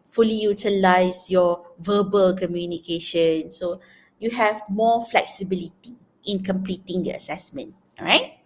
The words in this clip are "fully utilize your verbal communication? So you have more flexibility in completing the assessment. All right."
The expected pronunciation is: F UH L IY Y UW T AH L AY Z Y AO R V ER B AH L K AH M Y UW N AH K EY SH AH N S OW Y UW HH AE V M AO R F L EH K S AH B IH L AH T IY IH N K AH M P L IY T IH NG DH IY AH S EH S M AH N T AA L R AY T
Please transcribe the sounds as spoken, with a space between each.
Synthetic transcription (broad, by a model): F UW L IY Y UW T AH L AY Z Y AO V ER B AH L K AH M Y UW N AH K EY SH AH N S OW Y UW HH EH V M AO F L EH K S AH B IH L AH T IY IH N K AH M P L IY T IH NG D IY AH S EH S M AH N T R AY T